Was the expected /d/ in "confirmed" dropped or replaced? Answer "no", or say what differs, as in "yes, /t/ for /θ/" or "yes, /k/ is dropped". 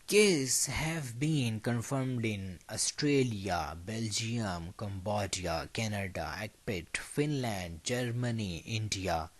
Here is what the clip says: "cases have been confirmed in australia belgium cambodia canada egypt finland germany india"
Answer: no